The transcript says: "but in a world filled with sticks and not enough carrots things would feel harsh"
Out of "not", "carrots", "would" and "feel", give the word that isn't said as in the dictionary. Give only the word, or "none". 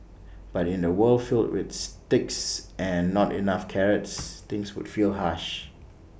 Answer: none